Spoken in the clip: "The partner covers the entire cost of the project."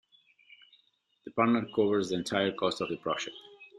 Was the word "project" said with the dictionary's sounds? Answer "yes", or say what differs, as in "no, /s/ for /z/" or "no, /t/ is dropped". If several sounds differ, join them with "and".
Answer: no, /ʃ/ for /dʒ/